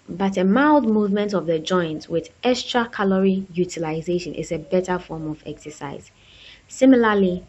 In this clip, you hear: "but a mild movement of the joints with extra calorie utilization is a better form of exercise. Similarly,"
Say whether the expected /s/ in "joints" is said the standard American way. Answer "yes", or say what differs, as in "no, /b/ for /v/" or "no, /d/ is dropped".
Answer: no, /s/ is dropped